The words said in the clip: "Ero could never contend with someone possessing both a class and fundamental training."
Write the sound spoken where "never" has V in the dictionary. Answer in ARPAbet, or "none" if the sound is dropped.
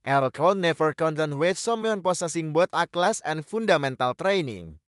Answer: F